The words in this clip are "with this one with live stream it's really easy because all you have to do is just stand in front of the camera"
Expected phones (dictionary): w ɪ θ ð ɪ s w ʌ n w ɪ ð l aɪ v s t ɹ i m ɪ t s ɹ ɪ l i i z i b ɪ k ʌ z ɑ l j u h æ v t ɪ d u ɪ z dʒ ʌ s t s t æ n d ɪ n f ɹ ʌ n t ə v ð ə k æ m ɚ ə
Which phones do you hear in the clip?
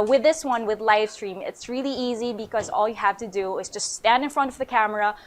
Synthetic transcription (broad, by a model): w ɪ ð ɪ s w ʌ n w ɪ ð l aɪ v s t ɹ i m ɪ t s ɹ ɪ l i i z i b ɪ k ʌ z ɑ l j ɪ h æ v t ɪ d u ɪ z dʒ ʌ s t s t æ n d ɪ n f ɹ ʌ n t ə v ð ə k æ m ɚ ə